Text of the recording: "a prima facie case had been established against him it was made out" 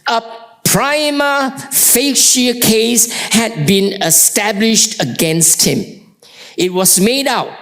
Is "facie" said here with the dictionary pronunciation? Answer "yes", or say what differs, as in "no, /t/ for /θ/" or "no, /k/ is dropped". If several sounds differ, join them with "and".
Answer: no, /ʃ/ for /s/